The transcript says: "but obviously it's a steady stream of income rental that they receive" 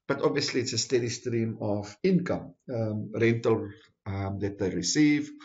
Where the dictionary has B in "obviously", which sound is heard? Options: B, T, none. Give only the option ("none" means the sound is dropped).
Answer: B